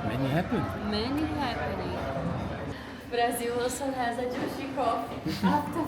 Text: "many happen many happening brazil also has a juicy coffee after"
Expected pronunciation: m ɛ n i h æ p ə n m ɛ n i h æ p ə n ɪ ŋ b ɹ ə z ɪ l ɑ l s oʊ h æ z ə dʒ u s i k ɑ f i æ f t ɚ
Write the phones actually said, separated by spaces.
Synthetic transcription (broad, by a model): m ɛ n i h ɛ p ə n m ɛ n i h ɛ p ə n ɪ b ɹ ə z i w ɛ s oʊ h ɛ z ə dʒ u ʃ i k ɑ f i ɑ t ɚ